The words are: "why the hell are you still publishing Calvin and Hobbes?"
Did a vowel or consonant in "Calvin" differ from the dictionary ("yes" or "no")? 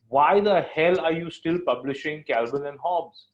yes